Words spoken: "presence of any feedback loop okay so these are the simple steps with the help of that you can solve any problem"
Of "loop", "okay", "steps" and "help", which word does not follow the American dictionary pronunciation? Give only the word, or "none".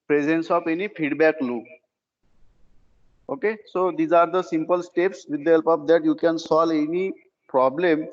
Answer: loop